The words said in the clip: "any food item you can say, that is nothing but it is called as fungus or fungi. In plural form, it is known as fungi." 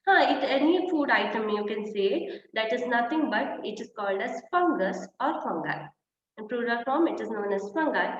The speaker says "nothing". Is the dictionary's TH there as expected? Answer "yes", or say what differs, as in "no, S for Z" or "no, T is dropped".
no, T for TH